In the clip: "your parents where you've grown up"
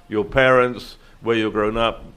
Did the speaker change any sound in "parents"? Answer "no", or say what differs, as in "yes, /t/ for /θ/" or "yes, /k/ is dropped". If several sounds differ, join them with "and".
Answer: no